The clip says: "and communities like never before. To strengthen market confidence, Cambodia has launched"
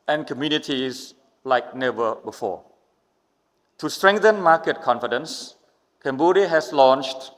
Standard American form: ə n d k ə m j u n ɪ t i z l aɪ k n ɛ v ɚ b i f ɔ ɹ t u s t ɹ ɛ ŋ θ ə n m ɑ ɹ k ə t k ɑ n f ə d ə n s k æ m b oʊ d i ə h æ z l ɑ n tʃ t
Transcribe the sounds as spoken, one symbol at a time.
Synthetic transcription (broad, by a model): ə n k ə m j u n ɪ t i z l aɪ k n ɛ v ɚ b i f ɔ t u s t ɹ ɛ ŋ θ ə n m ɑ k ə t k ɑ n f ə d ə n s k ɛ m b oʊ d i h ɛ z l ɑ n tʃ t